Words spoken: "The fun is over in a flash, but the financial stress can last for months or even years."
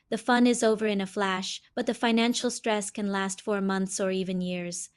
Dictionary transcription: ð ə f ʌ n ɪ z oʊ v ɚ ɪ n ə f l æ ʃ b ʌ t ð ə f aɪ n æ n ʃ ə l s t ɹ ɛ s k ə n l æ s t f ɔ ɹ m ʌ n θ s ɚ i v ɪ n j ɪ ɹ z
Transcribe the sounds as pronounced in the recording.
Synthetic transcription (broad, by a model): ð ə f ʌ n ɪ z oʊ v ɚ ɪ n ə f l æ ʃ b ʌ t ð ə f aɪ n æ n ʃ l s t ɹ ɛ s k ə n l æ s t f ɔ ɹ m ʌ n θ s ɚ i v ɪ n j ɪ ɹ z